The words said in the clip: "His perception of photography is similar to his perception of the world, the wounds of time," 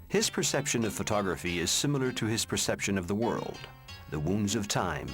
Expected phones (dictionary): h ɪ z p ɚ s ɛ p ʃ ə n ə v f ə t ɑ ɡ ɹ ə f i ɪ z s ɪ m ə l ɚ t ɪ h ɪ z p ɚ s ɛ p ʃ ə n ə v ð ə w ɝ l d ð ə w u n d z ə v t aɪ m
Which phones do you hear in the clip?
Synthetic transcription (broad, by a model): h ɪ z p ɚ s ɛ p ʃ ə n ə v f ə t ɑ ɡ ɹ ə f i ɪ z s ɪ m l ɚ t ɪ ɪ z p ɚ s ɛ p ʃ ə n ə v ð ə w ɝ l d ð ə w u n d z ə v t aɪ m